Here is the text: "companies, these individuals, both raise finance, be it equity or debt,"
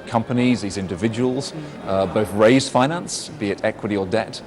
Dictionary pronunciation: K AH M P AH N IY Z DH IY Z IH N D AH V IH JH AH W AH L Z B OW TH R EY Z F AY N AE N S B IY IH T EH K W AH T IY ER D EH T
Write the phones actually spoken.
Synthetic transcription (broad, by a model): K AH M P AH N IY Z DH IY Z IH N D AH V IH JH AH W AH L Z B OW TH R EY Z F AY N AE N S B IY IH T EH K W AH T IY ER D EH T